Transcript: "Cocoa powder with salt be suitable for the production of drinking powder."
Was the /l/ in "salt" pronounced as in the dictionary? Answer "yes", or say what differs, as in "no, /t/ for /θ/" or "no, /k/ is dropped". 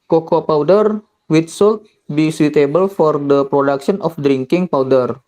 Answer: yes